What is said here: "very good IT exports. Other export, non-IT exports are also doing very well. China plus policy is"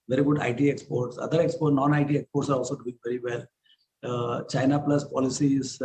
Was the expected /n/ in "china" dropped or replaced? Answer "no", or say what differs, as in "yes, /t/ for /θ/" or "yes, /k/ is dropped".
no